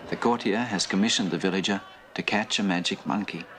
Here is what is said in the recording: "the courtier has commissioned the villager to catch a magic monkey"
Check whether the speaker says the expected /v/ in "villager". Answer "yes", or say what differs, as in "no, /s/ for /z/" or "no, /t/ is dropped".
yes